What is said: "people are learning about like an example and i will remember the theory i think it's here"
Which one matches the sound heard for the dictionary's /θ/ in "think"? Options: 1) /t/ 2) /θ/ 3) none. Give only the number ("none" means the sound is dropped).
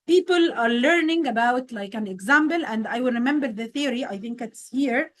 2